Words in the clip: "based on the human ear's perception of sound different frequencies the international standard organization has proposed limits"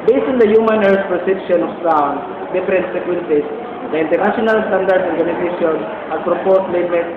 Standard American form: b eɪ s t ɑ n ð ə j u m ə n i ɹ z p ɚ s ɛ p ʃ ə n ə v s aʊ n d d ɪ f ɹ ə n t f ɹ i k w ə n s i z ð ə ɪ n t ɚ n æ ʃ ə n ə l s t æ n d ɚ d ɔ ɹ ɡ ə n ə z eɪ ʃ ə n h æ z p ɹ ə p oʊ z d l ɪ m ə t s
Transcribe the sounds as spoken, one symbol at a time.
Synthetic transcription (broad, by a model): b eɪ s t ɑ n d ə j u m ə n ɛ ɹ s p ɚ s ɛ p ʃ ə n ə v s aʊ n d d ɪ f ɹ ə n t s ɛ k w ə n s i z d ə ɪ n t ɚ n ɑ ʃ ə n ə l s t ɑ n d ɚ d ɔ ɹ ɡ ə n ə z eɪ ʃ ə n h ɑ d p ɹ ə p oʊ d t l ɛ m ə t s